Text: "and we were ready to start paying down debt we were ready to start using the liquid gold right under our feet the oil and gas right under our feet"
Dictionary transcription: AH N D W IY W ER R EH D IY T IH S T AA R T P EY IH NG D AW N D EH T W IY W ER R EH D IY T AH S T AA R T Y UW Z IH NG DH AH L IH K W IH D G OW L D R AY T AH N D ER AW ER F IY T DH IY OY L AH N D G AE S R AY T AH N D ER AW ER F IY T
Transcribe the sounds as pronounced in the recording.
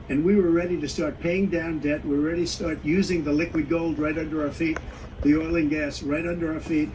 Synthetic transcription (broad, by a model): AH N W IY W ER R EH D IY T IH S T AA R T P EY IH NG D AW N D EH T W IY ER R EH D IY S T AA R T Y UW Z IH NG DH AH L IH K W IH D G OW L D R AY T AH N D ER AW ER F IY T DH IY OY L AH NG G AE S R AY T AH N D ER AW ER F IY T